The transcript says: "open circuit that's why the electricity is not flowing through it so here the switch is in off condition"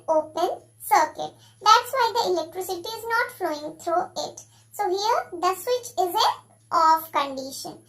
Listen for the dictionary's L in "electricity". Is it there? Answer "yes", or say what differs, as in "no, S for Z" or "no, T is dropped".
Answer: yes